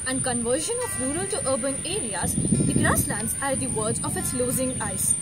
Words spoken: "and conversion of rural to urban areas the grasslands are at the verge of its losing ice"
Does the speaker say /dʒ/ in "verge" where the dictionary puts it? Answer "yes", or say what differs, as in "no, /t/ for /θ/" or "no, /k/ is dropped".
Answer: no, /z/ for /dʒ/